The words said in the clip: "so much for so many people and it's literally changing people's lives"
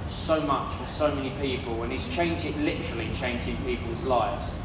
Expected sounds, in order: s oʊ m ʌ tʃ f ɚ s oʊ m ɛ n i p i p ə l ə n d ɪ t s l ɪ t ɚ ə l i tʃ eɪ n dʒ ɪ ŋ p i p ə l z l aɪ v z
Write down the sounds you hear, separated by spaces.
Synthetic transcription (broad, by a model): s oʊ m ʌ tʃ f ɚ s oʊ m ɛ n i p i p ə l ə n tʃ ɪ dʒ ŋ l ɪ t ɚ ə l i tʃ eɪ n dʒ ɪ ŋ p i p ə l z l aɪ v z